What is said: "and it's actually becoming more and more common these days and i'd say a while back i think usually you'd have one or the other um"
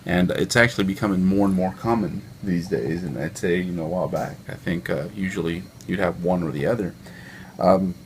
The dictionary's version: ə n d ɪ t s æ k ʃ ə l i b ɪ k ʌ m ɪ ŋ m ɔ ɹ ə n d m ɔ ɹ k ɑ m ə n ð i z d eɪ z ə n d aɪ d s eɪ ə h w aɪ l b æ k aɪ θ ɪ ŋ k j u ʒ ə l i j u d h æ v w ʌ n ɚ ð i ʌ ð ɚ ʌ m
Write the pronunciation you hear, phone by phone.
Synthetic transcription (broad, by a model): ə n ɪ t s æ k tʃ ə l i b ɪ k ʌ m ɪ ŋ m ɔ ɹ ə n m ɔ ɹ k ɑ m ə n ð i z d eɪ z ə n aɪ d s eɪ ə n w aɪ l b æ k aɪ θ ɪ ŋ k j u ʒ l i j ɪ d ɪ v w ʌ n ɚ ð i ʌ ð ɚ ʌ m